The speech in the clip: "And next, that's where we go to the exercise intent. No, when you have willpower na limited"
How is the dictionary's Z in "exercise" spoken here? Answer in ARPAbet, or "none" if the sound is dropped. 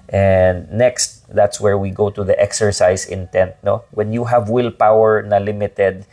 S